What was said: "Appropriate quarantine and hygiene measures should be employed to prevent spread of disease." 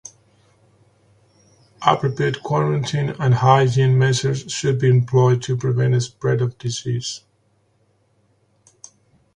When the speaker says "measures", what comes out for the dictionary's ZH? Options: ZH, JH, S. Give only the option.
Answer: S